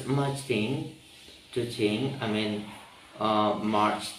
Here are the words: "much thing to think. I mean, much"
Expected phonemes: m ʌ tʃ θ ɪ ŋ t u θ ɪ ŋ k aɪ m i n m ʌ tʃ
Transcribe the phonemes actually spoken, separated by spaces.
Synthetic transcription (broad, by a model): m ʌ tʃ t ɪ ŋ t u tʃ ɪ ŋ aɪ m i n m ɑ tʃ